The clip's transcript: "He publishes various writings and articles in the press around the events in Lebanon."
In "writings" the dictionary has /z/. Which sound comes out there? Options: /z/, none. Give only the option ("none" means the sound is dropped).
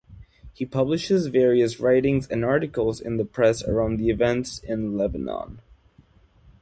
/z/